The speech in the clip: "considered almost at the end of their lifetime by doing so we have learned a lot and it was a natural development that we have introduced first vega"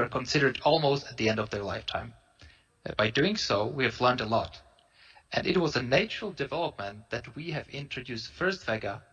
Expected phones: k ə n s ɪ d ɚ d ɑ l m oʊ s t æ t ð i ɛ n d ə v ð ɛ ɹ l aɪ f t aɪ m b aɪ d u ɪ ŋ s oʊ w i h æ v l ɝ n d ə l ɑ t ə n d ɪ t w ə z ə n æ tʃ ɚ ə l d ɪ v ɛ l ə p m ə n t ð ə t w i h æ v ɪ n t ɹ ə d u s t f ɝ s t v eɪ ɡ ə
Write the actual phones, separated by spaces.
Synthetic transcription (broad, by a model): k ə n s ɪ d ɚ d ɑ l m oʊ s t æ t ð i ɛ n d ə v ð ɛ ɹ l aɪ f t aɪ m b aɪ d u ɪ ŋ s oʊ w i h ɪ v l ɝ n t ə l ɑ t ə n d ɪ t w ə z ə n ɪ tʃ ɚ l d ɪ v ɛ l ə p m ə n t ð ə t w i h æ v ɪ n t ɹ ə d u s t f ɝ s t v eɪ ɡ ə